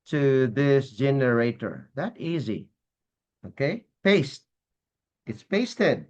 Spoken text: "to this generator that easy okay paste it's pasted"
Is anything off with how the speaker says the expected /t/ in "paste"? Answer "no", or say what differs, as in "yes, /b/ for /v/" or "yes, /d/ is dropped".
no